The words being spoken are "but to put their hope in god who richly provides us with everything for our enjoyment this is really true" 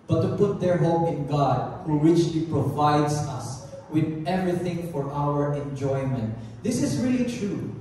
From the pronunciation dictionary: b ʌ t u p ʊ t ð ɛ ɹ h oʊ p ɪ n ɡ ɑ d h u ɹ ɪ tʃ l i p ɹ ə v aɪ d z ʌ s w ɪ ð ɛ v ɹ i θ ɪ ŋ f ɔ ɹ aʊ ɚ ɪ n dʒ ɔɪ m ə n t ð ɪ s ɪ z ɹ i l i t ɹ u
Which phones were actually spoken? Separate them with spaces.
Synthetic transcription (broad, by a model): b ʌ t u p ʊ t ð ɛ ɹ h oʊ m ɪ n ɡ ɑ d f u w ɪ tʃ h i p ɹ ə v aɪ d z ʌ s w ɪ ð ɛ v ɹ i θ ɪ ŋ f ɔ ɹ aʊ ɚ ɪ n dʒ ɔɪ m ə n t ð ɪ s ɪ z ɹ i l i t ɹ u